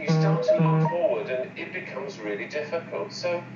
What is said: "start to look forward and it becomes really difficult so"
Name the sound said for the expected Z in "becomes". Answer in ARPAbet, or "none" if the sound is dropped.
Z